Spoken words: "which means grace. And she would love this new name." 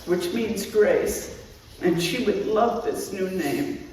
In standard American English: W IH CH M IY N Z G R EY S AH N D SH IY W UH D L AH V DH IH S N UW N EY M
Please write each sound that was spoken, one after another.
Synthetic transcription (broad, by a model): W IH CH M IY N Z G R EY S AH N SH IY W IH D L AH V DH IH S N UW N EY M